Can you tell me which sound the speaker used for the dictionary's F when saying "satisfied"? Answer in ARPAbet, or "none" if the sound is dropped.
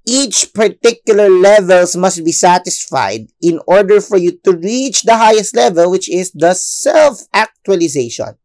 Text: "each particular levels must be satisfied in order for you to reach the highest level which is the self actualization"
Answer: F